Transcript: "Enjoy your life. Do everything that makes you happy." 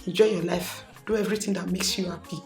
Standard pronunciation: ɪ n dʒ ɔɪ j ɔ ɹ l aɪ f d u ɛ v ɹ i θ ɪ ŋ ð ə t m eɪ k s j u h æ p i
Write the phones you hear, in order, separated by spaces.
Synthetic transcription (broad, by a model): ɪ n dʒ ɔɪ j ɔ l aɪ f d u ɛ v ɹ i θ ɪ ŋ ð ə t m eɪ k s j u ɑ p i